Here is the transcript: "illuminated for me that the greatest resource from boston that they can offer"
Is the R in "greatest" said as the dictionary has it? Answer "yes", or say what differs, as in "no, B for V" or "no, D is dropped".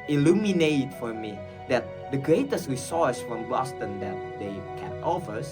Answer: yes